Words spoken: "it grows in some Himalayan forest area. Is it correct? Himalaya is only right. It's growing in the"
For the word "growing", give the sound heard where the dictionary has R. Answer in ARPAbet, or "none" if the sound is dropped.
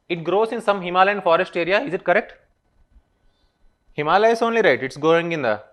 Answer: none